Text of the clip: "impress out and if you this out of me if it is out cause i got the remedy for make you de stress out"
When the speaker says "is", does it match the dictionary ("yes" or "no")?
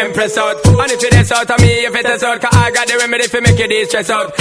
no